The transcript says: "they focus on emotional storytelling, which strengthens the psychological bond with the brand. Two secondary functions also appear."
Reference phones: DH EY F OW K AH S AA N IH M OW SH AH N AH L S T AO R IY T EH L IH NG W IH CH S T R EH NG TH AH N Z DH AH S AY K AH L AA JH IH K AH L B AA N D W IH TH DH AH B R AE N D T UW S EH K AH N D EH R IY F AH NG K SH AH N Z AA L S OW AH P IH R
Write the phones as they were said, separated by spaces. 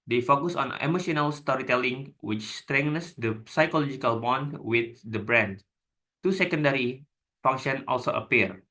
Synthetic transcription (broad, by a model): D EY F OW K AH S AA N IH M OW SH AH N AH L S T AO R IY T EH L IH NG W IH CH S T R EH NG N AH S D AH S AY K AH L AA JH IH K AH L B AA N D W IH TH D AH B R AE N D T UW S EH K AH N D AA R IY F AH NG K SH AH N AA L S OW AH P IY R